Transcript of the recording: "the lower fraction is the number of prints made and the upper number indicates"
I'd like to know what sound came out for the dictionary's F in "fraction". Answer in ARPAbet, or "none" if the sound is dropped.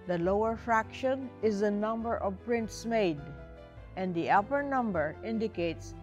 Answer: F